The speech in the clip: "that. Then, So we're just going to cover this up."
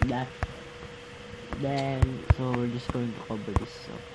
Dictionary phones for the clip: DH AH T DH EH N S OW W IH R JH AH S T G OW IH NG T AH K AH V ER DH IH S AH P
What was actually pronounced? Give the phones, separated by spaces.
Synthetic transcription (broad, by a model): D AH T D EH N S OW W IH R JH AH S G OW IH NG T AH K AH B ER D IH S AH